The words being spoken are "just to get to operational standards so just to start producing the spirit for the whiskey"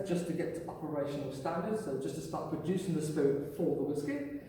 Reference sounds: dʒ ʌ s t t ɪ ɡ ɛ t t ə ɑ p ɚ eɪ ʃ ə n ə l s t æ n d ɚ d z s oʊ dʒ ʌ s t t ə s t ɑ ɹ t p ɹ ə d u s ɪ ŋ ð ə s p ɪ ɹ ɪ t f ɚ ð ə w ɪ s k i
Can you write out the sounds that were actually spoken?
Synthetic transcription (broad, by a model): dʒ ʌ s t t ɪ ɡ ɛ t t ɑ p ɚ eɪ ʃ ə n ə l s t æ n d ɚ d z s oʊ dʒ ʌ s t t ə s t ɑ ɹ t p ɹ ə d u s ɪ ŋ ð ə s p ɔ ɪ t f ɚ ð ə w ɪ s k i